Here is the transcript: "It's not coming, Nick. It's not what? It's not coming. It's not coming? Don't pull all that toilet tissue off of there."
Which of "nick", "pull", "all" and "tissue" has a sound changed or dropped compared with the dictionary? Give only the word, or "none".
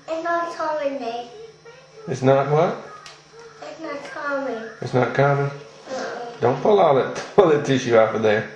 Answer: nick